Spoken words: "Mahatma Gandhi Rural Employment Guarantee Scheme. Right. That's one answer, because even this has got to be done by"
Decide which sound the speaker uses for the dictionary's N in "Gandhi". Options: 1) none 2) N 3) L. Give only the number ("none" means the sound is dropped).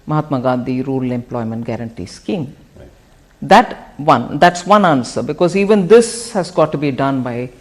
1